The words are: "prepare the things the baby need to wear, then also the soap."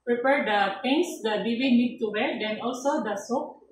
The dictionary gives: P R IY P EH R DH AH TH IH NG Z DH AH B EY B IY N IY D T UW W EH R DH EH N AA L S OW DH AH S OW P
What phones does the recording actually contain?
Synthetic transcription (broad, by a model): P R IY P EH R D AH T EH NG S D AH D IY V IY N IY D T UW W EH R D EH N AA L S OW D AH S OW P